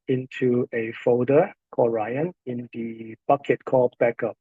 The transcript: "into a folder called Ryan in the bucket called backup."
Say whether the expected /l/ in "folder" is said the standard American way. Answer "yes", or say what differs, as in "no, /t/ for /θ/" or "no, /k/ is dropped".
no, /l/ is dropped